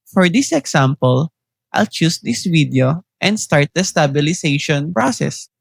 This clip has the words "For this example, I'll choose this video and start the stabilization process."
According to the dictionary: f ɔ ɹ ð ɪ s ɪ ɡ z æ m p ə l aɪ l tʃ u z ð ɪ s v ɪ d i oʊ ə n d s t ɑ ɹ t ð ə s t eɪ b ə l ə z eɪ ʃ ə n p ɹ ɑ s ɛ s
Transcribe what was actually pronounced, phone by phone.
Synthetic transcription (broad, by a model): f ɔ ɹ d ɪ s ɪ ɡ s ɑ m p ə l aɪ l tʃ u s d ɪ s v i d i oʊ ə n d s t ɑ ɹ t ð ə s t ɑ b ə l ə s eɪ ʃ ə n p ɹ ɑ s ɛ s